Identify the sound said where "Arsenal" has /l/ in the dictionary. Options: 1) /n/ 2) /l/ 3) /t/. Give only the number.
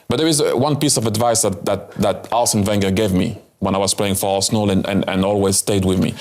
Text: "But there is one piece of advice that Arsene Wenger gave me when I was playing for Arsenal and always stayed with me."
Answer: 1